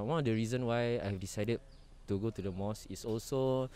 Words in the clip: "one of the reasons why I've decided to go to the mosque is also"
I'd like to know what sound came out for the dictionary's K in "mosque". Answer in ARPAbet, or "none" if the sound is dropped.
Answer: none